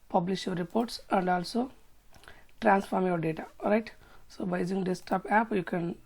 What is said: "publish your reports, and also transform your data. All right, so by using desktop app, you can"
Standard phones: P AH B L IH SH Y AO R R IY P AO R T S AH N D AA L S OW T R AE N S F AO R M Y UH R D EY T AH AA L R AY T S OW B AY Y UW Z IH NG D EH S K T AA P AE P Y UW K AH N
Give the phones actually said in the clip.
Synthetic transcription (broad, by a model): P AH B L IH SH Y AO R R IY P AO R T S AH N D AA L S OW T R AE N S F AO R M Y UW R D EY T AH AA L R AY T S OW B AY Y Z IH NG D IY S T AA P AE P Y UW K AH N